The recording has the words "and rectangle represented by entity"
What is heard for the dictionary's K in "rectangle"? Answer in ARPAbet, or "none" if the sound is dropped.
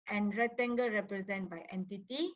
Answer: none